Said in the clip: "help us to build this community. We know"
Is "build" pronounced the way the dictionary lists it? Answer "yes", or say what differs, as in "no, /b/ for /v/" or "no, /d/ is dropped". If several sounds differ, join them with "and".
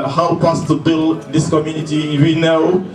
yes